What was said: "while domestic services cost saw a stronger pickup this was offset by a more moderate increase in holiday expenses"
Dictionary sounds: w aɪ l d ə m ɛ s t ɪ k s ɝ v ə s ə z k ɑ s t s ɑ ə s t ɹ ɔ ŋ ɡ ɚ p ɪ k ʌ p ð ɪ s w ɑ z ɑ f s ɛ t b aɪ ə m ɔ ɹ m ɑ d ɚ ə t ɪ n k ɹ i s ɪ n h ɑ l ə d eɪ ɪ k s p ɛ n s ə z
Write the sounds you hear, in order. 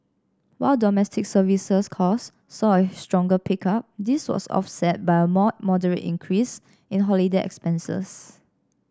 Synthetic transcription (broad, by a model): w aɪ l d ə m ɛ s t ɪ k s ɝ v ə s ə s k ɑ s s ɑ ə s t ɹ ɔ ŋ ɡ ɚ p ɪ k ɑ p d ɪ s w ɑ s ɑ f s ɛ t b aɪ ə m ɔ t m ɑ d ɚ ə t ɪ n k ɹ i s ɪ n h ɑ l ə d eɪ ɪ k s p ɛ n s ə s